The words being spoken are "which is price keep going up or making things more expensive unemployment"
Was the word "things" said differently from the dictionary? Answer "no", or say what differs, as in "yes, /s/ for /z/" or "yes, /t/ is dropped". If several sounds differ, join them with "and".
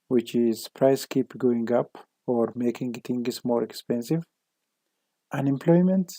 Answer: yes, /t/ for /θ/